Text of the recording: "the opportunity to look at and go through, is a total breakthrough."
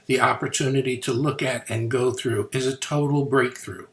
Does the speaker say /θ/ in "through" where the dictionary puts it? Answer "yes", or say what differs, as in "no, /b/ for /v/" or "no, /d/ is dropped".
yes